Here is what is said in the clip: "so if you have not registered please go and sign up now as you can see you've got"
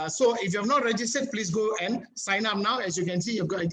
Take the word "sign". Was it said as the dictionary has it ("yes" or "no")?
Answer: yes